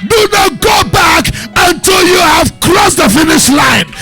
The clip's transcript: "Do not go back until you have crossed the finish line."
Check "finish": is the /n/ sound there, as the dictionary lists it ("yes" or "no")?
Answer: yes